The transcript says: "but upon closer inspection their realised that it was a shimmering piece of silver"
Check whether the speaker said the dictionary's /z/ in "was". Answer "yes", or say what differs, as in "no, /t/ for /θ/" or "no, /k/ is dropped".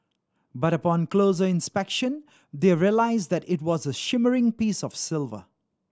yes